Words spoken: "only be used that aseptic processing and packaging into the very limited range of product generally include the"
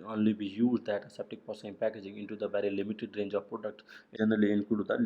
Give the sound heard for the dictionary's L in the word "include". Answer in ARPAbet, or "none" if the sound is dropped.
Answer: none